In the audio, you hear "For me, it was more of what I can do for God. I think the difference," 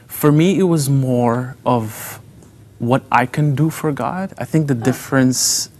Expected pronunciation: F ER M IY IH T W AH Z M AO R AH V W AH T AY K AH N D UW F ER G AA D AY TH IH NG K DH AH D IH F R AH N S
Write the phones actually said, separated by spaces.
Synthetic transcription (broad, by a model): F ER M IY IH T W AH Z M AO R AH V W AH T AY K AH N D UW F ER G AA D AY TH IH NG K DH AH D IH F R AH N S